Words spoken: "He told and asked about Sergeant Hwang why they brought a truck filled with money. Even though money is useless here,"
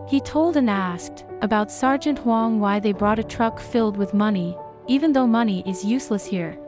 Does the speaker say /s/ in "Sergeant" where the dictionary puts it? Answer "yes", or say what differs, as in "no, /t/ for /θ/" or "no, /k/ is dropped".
yes